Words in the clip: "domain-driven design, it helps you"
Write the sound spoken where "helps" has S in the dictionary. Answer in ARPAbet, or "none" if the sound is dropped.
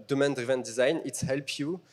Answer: none